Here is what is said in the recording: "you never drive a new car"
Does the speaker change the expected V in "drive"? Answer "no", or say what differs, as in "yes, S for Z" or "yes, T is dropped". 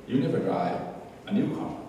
yes, V is dropped